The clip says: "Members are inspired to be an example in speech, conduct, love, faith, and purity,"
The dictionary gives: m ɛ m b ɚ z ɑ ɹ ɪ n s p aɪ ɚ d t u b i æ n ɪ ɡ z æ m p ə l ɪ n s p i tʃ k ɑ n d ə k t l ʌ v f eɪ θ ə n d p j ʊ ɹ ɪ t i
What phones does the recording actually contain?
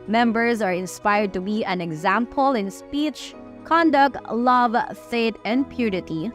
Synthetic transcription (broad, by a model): m ɛ m b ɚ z ɑ ɹ ɪ n s p aɪ ɚ d t u b i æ n ɪ ɡ z æ m p ə l ɪ n s p i tʃ k ɑ n d ə k t l ʌ v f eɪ t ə n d p j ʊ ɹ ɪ t i